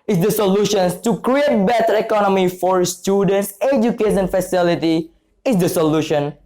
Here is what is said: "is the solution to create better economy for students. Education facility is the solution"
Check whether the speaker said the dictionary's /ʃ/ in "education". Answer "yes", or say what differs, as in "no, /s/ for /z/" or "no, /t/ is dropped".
no, /ʃ/ is dropped